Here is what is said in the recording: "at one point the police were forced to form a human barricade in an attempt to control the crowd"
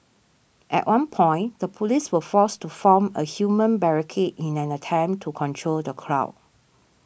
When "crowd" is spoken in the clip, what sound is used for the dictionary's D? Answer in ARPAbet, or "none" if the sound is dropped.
none